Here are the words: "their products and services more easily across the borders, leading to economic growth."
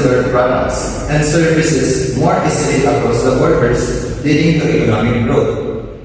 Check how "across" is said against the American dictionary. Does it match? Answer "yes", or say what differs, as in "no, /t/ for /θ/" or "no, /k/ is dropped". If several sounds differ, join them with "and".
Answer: no, /ɹ/ is dropped